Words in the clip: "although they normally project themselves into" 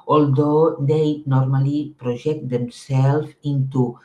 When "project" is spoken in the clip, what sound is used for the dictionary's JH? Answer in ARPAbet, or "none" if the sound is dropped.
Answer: ZH